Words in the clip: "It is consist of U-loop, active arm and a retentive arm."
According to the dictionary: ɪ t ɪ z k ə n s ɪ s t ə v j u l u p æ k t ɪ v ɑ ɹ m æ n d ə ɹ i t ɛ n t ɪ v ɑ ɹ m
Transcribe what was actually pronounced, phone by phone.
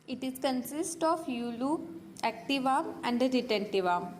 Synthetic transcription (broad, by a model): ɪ t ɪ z k ə n s ɪ s t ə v j u l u æ k t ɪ v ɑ m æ n d ə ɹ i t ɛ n t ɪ v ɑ m